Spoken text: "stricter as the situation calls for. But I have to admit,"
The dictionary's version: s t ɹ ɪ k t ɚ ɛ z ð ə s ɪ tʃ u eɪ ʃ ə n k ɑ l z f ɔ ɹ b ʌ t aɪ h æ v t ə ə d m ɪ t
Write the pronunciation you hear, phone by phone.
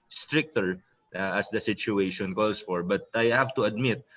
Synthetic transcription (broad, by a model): s t ɹ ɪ k t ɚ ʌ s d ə s ɪ tʃ u eɪ ʃ ə n k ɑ l s f ɔ ɹ b ʌ t aɪ h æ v t ə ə d m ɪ t